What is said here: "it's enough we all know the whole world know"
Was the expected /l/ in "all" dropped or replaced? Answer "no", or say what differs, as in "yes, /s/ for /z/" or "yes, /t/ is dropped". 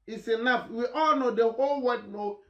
no